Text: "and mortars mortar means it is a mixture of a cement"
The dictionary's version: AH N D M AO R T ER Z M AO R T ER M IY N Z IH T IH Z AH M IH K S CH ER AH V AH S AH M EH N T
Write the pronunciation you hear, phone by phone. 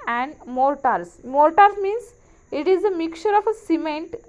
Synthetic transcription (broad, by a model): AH N D M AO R T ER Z M AO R T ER M IY N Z IH T IH Z AH M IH K CH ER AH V AH S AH M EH N T